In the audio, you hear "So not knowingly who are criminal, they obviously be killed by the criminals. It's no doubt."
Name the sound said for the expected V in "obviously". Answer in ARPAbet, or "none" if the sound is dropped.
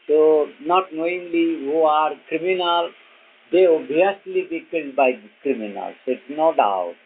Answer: none